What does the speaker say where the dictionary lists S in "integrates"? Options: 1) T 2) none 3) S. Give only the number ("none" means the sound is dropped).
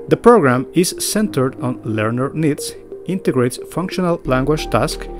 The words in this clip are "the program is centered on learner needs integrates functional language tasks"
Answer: 3